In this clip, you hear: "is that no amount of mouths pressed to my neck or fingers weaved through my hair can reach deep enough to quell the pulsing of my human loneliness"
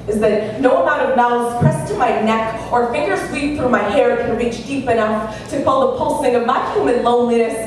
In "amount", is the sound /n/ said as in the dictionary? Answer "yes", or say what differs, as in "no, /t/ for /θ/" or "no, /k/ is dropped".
no, /n/ is dropped